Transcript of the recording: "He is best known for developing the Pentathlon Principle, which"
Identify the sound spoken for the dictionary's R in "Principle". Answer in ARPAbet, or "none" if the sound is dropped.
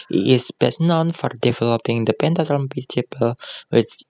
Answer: none